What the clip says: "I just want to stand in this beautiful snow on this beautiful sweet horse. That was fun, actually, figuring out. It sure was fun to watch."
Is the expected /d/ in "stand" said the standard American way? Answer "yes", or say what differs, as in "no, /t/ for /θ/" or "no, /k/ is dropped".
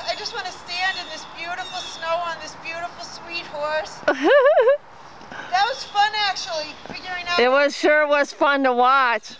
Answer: yes